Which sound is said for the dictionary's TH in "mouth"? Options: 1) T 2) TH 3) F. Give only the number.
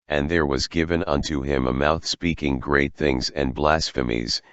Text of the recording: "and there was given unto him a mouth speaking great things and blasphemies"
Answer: 2